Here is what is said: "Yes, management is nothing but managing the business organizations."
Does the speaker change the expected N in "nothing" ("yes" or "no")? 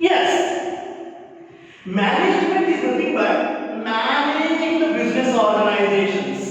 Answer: yes